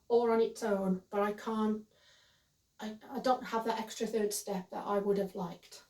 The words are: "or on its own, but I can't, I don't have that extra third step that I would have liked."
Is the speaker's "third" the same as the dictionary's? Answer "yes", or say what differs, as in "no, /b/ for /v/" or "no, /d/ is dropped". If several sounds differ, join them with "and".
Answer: yes